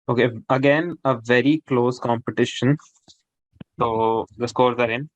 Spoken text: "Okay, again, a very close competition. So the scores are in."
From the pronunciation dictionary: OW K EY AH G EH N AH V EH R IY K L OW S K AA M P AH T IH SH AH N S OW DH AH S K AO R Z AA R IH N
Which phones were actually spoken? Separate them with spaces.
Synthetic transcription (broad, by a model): OW K EY AH G EH N AH V EH R IY K L OW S K AA M P AH T IH SH AH N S OW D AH S K AO R Z AA R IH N